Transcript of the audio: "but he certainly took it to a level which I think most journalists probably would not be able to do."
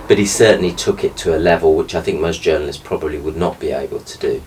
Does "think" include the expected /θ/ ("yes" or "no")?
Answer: yes